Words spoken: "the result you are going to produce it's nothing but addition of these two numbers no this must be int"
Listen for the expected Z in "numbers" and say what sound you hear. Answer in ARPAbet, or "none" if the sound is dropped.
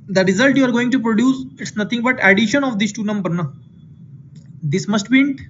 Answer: none